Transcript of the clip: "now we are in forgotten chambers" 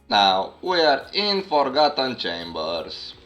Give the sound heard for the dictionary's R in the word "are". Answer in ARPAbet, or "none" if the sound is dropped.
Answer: R